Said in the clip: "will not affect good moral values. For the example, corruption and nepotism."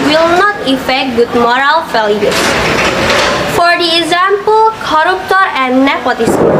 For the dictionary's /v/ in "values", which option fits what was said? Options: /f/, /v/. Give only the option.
/f/